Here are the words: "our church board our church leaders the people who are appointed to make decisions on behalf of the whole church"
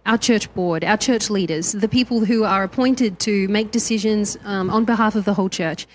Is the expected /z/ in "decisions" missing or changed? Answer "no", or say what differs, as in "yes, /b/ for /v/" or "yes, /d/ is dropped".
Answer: no